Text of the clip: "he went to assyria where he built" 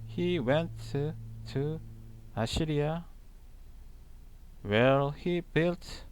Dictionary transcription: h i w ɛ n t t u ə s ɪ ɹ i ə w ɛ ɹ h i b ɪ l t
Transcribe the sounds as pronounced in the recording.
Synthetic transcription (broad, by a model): h i w ɛ n t t u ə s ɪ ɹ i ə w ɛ l h i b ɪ l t